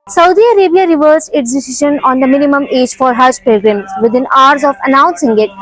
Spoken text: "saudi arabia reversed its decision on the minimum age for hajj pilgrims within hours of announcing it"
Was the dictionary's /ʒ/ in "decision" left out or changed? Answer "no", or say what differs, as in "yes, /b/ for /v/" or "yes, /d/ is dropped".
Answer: yes, /ʃ/ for /ʒ/